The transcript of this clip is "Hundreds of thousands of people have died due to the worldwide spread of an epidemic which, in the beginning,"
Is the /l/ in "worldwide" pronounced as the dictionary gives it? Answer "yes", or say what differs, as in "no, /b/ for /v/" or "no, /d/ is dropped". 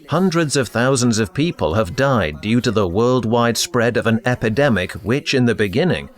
yes